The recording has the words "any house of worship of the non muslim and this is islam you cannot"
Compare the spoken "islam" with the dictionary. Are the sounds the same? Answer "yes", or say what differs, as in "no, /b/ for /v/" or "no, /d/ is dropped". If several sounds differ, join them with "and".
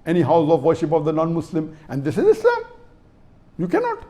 no, /l/ is dropped